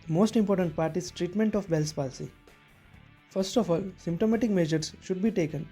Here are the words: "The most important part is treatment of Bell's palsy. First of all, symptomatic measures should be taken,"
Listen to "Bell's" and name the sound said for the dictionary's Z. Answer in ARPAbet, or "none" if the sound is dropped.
S